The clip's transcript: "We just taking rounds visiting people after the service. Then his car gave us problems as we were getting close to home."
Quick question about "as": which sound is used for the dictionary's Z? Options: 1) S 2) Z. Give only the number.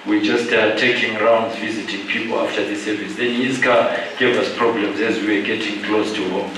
2